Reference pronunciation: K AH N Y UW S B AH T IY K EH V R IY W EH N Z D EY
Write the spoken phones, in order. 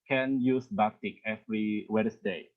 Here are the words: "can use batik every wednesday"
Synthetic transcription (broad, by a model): K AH N Y UW S B AH T IY K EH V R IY W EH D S D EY